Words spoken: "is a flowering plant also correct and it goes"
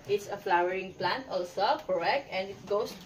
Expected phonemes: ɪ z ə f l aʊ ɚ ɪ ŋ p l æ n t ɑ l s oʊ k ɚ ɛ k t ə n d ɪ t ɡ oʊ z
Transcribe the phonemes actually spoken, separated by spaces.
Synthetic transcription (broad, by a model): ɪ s ə f l aʊ ɚ ɪ ŋ p l æ n t ɑ l s oʊ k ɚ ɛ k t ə n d ɪ t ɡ oʊ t